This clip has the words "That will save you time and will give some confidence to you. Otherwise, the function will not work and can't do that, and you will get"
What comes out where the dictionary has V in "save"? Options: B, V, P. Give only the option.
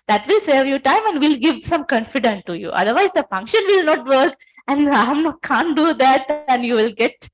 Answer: V